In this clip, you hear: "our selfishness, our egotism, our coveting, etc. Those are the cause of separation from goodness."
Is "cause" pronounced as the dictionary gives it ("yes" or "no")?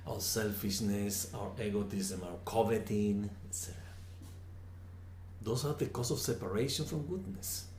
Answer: no